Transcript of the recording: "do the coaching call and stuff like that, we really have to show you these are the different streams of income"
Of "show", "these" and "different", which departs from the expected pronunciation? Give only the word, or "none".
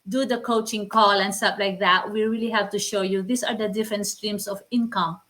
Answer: these